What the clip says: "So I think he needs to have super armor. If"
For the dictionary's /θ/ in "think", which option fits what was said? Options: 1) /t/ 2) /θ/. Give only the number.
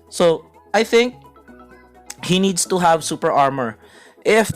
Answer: 2